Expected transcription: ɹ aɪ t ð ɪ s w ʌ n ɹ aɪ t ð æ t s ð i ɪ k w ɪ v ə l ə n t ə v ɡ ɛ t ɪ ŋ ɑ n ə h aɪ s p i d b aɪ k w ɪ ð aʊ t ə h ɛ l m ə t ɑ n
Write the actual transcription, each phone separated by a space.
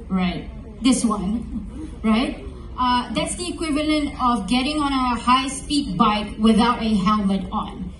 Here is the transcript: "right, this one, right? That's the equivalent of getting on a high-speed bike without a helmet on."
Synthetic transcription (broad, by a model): ɹ aɪ t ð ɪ s w ʌ n ɹ aɪ t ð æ t s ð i ɪ k w ɪ v ə l ə n t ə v ɡ ɛ t ɪ ŋ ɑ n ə h aɪ s p i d b aɪ k w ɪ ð aʊ t ə h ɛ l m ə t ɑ n